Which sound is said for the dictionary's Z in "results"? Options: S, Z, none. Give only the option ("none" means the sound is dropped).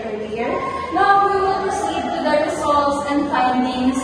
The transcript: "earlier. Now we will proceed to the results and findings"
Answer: S